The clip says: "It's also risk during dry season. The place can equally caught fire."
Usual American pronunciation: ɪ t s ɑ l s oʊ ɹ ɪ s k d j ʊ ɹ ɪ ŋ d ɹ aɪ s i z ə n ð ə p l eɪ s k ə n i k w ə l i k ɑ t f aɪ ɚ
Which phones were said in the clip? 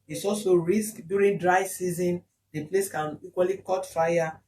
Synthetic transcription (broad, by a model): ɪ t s ɑ l s oʊ ɹ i s k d j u ɹ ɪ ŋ d ɹ aɪ s i z ə n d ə p l eɪ s k ə n i k w ə l i k ɑ t f aɪ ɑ